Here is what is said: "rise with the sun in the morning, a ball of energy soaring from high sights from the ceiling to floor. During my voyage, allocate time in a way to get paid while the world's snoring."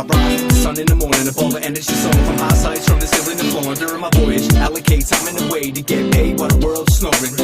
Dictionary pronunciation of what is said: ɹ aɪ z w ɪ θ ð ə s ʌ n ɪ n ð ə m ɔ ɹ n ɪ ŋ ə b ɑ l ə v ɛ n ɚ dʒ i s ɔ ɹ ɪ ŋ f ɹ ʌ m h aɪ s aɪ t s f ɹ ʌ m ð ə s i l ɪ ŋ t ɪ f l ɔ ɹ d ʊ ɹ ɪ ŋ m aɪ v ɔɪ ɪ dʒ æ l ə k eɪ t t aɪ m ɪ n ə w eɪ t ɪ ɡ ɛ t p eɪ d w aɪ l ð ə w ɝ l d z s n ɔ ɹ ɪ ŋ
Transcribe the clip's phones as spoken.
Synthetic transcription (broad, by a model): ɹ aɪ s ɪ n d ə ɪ ɪ n ð ə m ɔ ɹ n ɪ ŋ ə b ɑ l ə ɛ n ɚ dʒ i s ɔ ɪ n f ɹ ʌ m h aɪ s aɪ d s f ɹ ʌ m ð ə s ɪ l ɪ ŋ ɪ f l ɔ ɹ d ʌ ɹ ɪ m aɪ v ɔɪ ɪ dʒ æ l ə k eɪ t s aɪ m ɪ n ə w eɪ t ɪ ɡ ɛ t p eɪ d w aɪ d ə w ɝ l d s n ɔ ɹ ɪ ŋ